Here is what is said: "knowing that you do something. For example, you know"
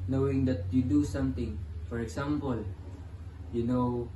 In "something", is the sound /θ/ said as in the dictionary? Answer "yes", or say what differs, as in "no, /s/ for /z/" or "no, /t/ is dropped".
no, /t/ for /θ/